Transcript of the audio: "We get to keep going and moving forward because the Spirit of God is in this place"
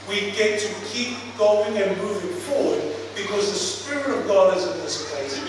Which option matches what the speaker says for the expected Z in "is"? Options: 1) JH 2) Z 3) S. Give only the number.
2